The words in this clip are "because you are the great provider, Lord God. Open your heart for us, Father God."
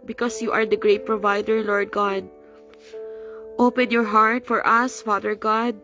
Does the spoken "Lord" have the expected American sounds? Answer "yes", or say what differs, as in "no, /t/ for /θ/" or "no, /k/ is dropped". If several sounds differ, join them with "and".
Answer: yes